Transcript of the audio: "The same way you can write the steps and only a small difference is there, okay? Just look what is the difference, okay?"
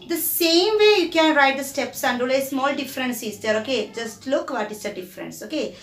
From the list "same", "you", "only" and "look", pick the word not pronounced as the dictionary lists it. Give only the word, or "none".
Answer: only